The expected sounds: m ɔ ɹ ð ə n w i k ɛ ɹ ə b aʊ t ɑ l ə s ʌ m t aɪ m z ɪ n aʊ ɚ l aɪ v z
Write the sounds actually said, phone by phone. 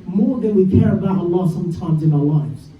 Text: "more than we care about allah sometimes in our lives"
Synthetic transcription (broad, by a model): m ɔ ɹ ð ə n w i k ɛ ɹ ə b aʊ t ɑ l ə s ʌ m t aɪ m z ɪ n aʊ ɚ l aɪ v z